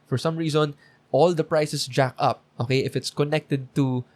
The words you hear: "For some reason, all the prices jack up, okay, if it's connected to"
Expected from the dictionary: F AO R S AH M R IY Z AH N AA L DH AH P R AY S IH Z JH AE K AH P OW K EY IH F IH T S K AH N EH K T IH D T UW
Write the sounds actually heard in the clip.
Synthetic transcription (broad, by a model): F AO R S AH M R IY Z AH N AA L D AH P R AY S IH S JH AE K AH P OW K EY IH F IH T S K AH N EH K T IH D T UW